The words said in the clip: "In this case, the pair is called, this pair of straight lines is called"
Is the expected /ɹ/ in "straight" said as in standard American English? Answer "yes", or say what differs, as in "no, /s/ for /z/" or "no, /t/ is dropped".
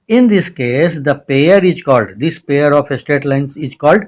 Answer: no, /ɹ/ is dropped